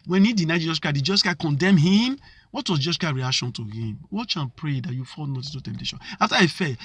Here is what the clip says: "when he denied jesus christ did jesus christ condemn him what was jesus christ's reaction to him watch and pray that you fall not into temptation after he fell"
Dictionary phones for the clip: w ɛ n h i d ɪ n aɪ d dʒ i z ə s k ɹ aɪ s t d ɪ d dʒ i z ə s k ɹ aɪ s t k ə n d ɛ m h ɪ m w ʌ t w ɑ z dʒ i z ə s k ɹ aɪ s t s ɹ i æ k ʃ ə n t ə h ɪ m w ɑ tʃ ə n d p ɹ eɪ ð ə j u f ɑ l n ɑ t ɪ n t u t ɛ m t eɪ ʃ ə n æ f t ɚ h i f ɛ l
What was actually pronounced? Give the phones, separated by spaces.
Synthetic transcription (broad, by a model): w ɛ n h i d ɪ n aɪ dʒ i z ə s k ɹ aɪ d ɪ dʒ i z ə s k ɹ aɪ k ə n d ɛ m h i m w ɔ t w ɑ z dʒ i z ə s k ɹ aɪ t ɹ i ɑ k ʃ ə n t ə h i m w ɑ tʃ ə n p ɹ eɪ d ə j u f ɑ l n ɑ t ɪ t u t ɛ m t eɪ ʃ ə n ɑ f t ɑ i f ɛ